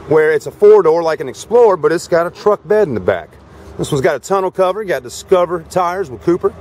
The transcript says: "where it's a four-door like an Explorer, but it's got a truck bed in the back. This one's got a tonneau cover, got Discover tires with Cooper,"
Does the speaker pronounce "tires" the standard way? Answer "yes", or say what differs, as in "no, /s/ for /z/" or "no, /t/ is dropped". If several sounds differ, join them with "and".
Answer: yes